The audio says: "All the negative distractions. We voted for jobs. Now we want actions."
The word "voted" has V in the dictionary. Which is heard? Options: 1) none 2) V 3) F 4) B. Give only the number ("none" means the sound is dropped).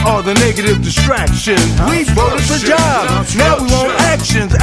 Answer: 4